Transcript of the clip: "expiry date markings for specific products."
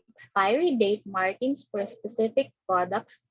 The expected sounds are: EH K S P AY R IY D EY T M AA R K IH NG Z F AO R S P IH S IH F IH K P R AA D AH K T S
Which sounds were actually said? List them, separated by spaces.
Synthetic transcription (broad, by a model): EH K S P AY R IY D EY T M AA R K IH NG S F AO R S P IH S IH F IH K P R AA D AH K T S